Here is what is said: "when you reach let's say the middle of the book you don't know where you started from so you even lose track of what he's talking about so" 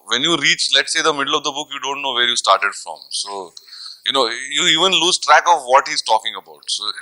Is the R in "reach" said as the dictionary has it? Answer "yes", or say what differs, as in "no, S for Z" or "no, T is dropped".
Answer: yes